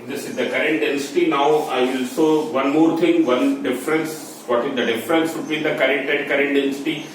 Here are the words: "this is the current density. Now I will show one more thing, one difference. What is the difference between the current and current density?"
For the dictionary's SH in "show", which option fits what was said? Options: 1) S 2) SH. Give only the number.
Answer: 1